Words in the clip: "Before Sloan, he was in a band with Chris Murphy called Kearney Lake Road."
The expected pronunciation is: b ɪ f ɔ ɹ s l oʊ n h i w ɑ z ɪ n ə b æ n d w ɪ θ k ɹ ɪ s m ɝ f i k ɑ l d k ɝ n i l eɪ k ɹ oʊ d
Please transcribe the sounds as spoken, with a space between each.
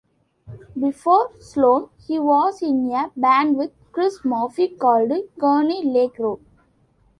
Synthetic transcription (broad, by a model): b ɪ f ɔ ɹ s l oʊ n h i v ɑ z ɪ n ə b æ n d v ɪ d k ɹ ɪ s m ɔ f i k ɑ l d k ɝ n i l eɪ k ɹ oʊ